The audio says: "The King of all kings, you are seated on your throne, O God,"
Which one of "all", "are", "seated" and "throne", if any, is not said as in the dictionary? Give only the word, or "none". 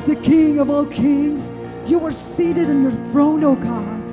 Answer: none